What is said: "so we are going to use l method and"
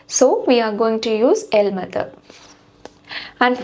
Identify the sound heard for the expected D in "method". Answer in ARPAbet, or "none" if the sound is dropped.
none